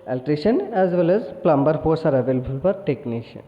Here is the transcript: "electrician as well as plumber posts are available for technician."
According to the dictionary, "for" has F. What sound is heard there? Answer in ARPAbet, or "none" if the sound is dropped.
P